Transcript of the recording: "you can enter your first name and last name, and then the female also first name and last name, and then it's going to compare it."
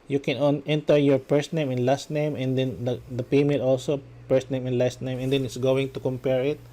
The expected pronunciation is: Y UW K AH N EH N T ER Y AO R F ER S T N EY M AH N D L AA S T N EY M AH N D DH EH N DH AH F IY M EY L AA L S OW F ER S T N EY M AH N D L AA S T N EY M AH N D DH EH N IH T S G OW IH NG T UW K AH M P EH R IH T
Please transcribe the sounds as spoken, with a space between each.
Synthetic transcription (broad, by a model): Y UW K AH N EH N T ER Y AO R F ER S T N EY M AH N L AA S T N EY M AH N D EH N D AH P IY M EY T AA L S OW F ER S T N EY M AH N L AA S T N EY M AH N D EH N IH T S G OW IH NG T UW K AH M P EH R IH T